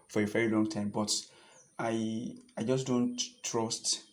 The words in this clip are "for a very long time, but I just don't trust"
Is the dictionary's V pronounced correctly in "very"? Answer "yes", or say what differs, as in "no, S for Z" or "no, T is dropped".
yes